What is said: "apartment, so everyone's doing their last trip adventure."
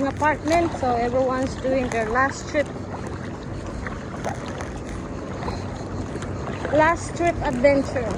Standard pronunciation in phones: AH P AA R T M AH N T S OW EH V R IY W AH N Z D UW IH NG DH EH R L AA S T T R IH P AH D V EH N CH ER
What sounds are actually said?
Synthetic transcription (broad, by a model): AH P AA R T M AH N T S OW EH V R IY W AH N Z D UW IH NG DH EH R L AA S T T R IH P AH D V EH N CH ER